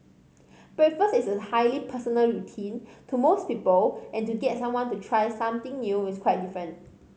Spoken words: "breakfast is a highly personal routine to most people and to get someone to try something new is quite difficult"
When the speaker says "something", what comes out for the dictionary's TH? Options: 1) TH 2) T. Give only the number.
2